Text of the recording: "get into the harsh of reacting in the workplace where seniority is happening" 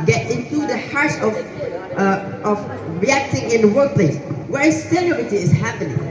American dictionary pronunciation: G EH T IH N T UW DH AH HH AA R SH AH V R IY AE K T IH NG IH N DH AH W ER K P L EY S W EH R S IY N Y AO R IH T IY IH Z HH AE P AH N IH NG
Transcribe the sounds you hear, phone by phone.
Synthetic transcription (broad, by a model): G EH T IH N T UW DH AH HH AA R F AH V R IY AE K T IH NG IH N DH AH W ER K P L EY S W EH R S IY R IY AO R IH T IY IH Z HH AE P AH N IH NG